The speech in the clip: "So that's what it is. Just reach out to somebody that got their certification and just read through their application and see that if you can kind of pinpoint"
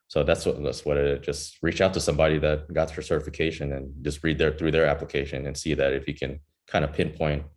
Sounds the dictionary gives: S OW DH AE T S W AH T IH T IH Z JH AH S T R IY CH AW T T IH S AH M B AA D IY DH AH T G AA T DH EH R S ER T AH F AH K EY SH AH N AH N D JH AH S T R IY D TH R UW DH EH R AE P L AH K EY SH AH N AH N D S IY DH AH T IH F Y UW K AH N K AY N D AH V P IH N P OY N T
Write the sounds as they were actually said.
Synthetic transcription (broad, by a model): S OW DH AE T S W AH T IH T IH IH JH AH S T R IY CH AW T T IH S AH M B AA D IY DH AH T G AA T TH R S ER T AH F AH K EY SH AH N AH N JH AH S T R IY D TH R UW DH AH R AE P L AH K EY SH AH N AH N S IY DH AH T IH F Y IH K AH N K AY N D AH P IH N P OY N T